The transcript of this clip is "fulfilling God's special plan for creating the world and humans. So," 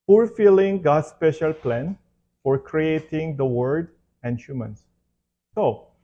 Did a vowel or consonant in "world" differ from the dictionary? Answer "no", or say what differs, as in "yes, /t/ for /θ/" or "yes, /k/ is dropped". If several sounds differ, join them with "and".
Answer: yes, /l/ is dropped